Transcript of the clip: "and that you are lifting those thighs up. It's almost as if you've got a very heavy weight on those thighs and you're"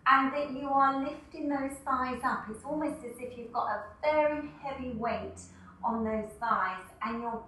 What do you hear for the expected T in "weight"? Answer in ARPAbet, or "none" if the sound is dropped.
T